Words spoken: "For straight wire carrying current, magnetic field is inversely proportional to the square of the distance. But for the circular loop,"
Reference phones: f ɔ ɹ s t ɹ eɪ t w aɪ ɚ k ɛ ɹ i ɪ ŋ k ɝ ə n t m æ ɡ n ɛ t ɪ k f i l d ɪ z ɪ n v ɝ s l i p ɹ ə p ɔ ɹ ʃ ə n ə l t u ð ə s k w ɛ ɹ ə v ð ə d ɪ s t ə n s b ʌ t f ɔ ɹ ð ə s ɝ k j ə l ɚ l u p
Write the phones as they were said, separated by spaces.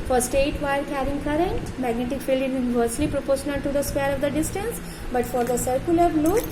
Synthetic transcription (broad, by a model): f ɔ ɹ s t eɪ t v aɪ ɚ k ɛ ɹ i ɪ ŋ k ɝ ə n t m æ ɡ n ɛ t ɪ k f i l d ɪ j ɪ n v ɝ s l i p ɹ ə p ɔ ɹ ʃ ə n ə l t u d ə s k w ɛ ɹ ə v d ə d ɪ s t ə n s b ʌ t f ɔ ɹ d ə s ɝ k j ə l ɚ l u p